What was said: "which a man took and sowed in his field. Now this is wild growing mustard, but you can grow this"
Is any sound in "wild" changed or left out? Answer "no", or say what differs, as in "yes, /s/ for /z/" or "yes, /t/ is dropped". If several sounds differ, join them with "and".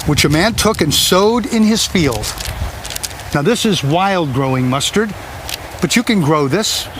no